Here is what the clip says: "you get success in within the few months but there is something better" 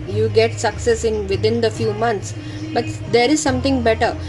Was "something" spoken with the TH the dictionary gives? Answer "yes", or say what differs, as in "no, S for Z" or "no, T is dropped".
no, T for TH